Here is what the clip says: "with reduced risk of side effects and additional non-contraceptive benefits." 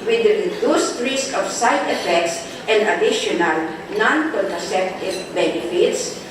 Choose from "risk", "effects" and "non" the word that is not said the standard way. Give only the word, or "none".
none